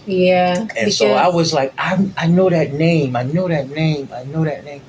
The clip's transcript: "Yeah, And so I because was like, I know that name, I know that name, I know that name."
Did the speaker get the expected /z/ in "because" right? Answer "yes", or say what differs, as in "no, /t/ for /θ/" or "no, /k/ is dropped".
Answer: no, /z/ is dropped